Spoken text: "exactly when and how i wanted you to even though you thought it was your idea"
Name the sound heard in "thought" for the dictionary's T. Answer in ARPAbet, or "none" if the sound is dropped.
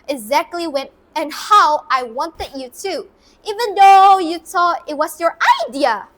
none